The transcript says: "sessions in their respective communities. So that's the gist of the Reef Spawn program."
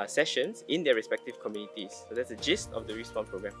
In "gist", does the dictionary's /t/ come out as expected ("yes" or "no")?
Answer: yes